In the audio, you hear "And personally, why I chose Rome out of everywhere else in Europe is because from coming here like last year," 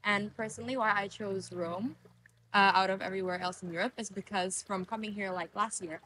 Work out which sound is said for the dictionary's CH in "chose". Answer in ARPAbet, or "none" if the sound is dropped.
CH